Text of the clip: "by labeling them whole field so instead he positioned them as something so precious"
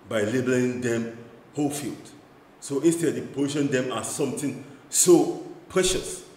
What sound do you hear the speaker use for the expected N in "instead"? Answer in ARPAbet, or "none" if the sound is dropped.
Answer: N